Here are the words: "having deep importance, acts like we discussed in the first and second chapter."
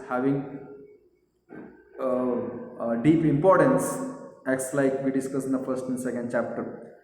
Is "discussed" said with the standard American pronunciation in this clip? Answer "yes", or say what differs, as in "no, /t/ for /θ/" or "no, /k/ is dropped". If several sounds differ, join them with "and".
no, /t/ is dropped